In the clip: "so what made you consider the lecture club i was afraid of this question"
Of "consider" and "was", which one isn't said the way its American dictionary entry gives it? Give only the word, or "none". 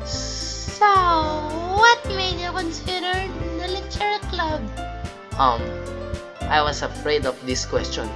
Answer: was